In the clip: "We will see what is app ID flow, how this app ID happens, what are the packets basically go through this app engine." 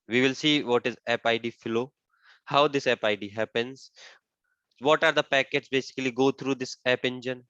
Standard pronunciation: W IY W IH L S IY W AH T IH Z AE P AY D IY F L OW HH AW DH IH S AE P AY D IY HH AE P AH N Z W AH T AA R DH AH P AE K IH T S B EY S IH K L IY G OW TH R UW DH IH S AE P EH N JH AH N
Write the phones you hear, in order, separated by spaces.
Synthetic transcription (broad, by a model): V IY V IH L S IY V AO T IH Z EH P AY D IY F L OW HH AW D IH S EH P AY D IY HH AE P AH N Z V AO T AA R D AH P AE K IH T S B EY S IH K L IY G OW T R UW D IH S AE P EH N JH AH N